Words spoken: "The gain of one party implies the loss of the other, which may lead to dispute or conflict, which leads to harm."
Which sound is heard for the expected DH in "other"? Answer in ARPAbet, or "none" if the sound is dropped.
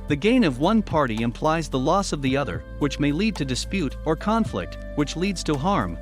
DH